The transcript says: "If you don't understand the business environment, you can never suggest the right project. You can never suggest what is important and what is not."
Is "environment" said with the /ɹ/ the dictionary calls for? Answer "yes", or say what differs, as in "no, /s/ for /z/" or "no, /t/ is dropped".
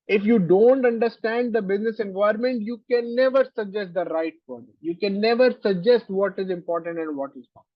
no, /ɹ/ is dropped